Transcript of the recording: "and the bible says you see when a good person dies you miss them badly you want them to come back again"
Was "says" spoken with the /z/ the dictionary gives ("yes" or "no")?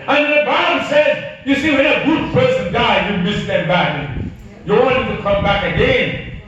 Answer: yes